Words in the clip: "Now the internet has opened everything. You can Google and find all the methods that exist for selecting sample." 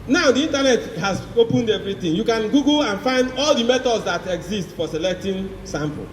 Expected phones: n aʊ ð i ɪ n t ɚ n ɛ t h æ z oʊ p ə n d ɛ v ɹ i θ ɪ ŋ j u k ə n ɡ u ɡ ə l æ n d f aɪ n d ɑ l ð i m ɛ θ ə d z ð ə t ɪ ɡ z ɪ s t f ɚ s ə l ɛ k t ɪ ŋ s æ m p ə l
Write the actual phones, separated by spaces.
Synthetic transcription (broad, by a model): n aʊ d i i n t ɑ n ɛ t h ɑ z oʊ p ə n d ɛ v ɹ i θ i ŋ j u k ə n ɡ u ɡ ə n f aɪ n d ɑ l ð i m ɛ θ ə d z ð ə t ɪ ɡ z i s t f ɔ s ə l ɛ k t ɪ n s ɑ m p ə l